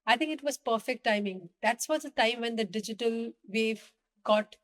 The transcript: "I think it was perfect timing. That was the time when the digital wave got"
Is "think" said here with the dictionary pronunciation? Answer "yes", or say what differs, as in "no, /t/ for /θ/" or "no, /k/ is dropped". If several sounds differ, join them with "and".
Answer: no, /t/ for /θ/